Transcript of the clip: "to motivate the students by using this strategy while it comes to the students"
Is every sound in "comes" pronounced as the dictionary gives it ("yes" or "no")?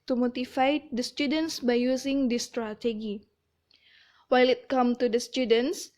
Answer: no